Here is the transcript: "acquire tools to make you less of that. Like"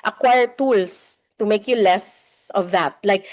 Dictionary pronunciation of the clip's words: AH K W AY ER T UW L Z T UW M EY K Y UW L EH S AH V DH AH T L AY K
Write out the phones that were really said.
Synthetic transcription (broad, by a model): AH K W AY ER T UW L S T UW M EY K Y UW L EH S AH V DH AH T L AY K